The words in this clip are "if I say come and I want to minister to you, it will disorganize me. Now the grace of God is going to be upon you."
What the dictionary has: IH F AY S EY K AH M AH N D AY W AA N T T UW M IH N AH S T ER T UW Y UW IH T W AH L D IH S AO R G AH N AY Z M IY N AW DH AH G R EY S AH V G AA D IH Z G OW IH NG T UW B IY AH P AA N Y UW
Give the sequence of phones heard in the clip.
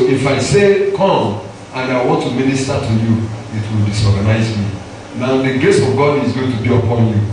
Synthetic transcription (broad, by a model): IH F AY S EY K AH M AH N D AY W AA N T T UW M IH N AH S T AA T UW Y UW IH T W AH L D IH S AO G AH N AY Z M IY N AW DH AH G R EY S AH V G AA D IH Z G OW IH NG T UW B IY AH P AA N Y UW